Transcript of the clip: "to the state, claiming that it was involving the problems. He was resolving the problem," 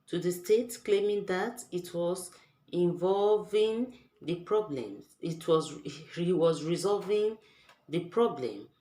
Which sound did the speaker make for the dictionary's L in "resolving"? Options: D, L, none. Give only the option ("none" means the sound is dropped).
L